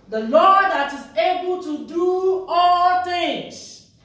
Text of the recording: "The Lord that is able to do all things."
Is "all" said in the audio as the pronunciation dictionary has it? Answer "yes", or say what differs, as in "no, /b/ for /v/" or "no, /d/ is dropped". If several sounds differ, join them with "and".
yes